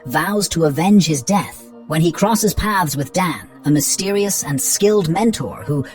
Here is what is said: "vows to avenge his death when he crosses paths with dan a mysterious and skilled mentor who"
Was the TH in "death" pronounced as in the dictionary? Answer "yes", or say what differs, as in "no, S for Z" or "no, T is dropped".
yes